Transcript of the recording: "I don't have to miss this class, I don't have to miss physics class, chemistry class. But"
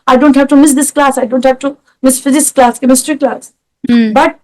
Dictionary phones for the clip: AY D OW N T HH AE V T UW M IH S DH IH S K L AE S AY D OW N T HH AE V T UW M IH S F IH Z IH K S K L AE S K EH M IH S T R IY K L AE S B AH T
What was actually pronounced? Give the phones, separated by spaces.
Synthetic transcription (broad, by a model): AY D OW N T HH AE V T UW M IH S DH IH S K L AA S AY D OW N T HH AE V T UW M IH S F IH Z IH S K L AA S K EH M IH S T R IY K L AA S B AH T